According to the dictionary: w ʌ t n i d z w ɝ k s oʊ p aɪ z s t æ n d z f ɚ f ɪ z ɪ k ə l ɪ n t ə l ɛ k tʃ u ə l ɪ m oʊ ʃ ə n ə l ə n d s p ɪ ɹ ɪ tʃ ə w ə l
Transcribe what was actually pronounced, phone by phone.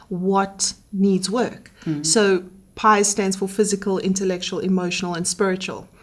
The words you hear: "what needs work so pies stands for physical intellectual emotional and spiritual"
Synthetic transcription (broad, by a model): w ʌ t n i d z w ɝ k s oʊ p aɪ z s t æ n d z f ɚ f ɪ z ɪ k ə l ɪ n t ə l ɛ k tʃ u ə l ɪ m oʊ ʃ ə n ə l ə n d s p ɪ ɹ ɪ tʃ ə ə l